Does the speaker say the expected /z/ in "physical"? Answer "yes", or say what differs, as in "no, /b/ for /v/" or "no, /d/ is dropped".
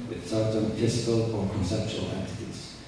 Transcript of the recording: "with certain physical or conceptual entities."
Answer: no, /s/ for /z/